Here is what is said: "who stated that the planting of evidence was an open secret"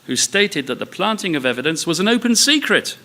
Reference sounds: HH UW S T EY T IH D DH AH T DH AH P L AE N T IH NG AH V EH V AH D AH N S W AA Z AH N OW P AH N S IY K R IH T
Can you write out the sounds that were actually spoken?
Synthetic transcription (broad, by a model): HH UW S T EY T IH D DH AH T DH AH P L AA N T IH NG AH V EH V AH D AH N S W AA Z AH N OW P AH N S IY K R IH T